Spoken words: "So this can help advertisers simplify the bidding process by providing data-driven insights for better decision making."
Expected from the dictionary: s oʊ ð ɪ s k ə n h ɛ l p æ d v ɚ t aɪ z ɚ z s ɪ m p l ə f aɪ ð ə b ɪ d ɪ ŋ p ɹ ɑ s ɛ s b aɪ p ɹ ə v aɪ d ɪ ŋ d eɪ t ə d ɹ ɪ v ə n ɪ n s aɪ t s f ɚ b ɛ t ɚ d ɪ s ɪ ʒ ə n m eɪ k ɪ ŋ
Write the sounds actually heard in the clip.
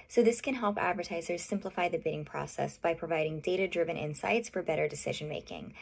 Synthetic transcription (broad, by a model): s oʊ ð ɪ s k ə n h ɛ l p æ d v ɚ t aɪ z ɚ z s ɪ m p l ə f aɪ ð ə b ɪ d ɪ ŋ p ɹ ɑ s ɛ s b aɪ p ɹ ə v aɪ d ɪ ŋ d eɪ t ə d ɹ ɪ v ə n ɪ n s aɪ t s f ɚ b ɛ t ɚ d ɪ s ɪ ʒ ə n m eɪ k ɪ ŋ